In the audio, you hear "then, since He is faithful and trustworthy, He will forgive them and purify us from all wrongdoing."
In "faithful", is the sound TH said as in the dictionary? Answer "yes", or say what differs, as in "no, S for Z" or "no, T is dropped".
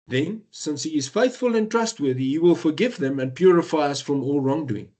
yes